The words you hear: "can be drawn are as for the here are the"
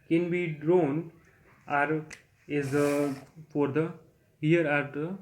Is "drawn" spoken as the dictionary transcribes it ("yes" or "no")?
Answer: yes